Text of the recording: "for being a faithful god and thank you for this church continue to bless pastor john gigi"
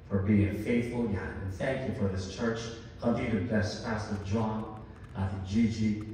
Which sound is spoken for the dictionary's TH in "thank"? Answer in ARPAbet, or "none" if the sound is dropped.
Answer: TH